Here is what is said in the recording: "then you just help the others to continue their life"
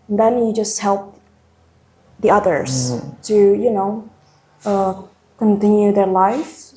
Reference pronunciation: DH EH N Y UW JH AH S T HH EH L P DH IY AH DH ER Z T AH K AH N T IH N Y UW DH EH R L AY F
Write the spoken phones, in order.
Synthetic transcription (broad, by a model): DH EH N Y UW JH AH S T HH EH L P DH IY AH DH ER Z T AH K AH N T IH N Y UW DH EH R L AY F